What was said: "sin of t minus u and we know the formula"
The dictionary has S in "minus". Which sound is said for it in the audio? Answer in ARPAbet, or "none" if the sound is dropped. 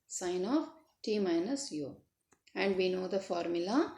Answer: S